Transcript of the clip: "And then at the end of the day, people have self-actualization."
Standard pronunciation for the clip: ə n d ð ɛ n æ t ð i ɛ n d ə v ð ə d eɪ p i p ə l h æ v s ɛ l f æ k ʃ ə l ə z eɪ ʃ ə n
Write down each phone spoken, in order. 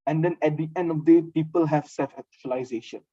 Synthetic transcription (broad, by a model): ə n d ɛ n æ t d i ɛ n d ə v d eɪ p i p ə l h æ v s ɛ l f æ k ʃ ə l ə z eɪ ʃ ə n